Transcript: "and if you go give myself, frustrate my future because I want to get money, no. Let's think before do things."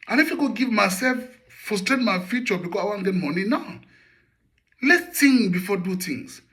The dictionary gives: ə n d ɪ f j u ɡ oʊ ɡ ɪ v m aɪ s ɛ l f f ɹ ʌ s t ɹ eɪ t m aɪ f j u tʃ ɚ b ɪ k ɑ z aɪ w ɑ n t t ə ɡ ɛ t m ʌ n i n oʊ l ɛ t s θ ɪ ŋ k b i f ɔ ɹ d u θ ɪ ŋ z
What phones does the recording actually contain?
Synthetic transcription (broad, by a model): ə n ɪ f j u ɡ oʊ ɡ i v m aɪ s ɛ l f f ɔ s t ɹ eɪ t m aɪ f j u tʃ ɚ b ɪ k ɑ aɪ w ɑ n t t ɡ ɛ t m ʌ n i n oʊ l ɛ t s t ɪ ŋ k b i f ɔ d u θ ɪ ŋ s